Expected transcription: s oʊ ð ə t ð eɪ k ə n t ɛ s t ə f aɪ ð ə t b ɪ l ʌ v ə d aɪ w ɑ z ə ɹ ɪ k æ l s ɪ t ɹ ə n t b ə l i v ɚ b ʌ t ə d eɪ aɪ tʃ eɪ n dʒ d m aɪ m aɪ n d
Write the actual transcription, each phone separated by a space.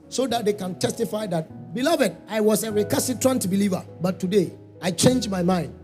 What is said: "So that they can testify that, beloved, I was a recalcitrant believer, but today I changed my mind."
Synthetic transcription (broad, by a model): s oʊ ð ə t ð eɪ k ə n t ɛ s t ə f aɪ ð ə t b ɪ l ʌ v ə d aɪ w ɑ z ə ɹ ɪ k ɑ s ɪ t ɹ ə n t b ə l i v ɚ b ʌ t ə d eɪ aɪ tʃ eɪ n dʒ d m aɪ m aɪ n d